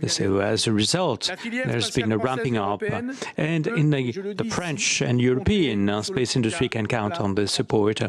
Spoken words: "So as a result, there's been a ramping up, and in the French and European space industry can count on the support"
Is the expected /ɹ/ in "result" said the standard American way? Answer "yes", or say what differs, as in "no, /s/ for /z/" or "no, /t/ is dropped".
yes